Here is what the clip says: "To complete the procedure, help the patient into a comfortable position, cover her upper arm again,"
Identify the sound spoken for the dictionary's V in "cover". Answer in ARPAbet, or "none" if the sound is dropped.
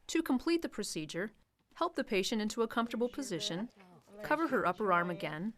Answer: V